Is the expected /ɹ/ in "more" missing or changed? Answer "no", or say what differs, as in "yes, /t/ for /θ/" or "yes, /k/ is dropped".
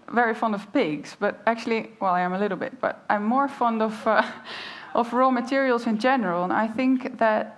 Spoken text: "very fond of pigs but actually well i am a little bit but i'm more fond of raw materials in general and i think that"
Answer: no